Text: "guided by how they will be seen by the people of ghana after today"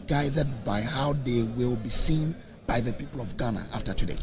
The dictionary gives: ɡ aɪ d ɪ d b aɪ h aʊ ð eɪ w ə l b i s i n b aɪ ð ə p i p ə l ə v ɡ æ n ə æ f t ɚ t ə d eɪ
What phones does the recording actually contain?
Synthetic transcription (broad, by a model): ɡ aɪ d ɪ d b aɪ h aʊ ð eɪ w ə l b i s i n b aɪ ð ə p i p ə l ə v ɡ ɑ n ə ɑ f t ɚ t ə d eɪ